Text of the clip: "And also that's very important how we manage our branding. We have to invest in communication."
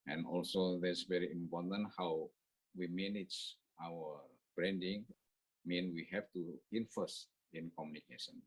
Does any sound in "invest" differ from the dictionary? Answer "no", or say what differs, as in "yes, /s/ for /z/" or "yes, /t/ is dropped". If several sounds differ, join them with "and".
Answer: yes, /f/ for /v/